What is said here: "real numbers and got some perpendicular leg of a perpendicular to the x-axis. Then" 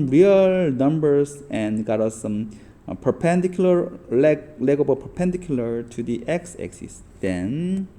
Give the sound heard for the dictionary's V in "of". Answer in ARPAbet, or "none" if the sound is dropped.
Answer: B